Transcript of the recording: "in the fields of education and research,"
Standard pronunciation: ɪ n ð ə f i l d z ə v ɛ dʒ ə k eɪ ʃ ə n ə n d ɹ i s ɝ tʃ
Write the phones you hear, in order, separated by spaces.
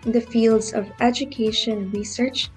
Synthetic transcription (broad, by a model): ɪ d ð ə f i l d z ə v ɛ dʒ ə k eɪ ə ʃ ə n ɹ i s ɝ tʃ